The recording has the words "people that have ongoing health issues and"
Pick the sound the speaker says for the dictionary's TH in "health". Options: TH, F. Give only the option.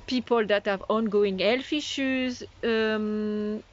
F